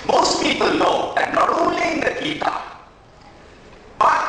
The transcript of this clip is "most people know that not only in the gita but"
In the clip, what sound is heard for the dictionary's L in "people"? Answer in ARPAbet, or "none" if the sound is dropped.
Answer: L